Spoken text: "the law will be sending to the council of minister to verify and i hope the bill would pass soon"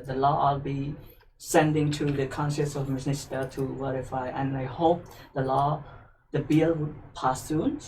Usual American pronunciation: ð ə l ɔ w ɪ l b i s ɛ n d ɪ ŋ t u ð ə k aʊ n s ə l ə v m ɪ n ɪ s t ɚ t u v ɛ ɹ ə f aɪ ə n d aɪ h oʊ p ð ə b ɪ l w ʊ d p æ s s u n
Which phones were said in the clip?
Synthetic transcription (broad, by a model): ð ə l ɔ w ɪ l b i s ɛ n d ɪ ŋ t u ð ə k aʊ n ʃ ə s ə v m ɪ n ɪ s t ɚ t u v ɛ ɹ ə f aɪ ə n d aɪ h oʊ p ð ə b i l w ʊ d p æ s s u n